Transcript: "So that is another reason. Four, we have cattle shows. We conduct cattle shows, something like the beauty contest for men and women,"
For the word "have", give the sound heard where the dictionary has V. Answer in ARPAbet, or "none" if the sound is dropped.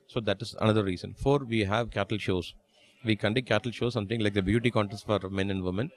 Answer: V